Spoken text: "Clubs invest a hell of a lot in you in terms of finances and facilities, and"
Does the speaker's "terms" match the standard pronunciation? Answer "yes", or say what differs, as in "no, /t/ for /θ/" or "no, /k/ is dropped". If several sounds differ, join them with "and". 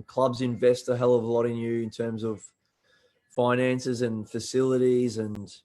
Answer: yes